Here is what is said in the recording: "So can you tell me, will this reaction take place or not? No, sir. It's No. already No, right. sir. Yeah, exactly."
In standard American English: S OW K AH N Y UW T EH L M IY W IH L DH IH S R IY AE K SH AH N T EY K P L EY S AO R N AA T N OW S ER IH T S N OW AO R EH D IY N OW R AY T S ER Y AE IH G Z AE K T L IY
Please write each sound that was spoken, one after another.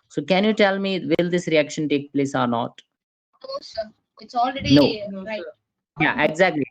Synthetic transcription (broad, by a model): S OW K AH N Y UW T EH L M IY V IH L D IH S R IY AE K SH AH N T EY K P L EY S AO R N AA T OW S IH T S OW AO L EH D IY N OW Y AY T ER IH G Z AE K T L IY